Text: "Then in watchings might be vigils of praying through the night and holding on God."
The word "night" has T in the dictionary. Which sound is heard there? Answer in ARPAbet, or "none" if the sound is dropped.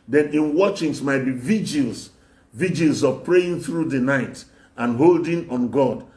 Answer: T